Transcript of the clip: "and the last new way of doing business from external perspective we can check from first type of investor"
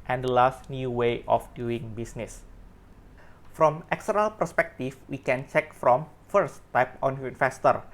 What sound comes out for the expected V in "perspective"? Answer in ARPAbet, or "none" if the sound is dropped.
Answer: F